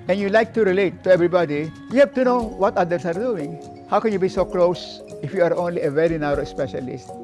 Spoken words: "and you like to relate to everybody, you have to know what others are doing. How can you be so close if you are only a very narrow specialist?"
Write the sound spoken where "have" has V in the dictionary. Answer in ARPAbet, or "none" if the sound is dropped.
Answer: F